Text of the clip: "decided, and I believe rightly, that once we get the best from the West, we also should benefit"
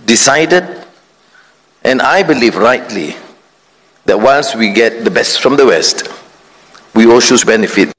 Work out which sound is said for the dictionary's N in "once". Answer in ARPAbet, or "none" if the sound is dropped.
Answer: L